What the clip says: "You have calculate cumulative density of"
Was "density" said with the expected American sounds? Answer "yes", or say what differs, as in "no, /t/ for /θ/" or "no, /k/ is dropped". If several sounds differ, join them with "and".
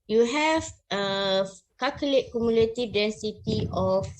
yes